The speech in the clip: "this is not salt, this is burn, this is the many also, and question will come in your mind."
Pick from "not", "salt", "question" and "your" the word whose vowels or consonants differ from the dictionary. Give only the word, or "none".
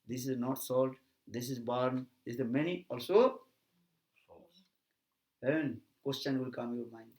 none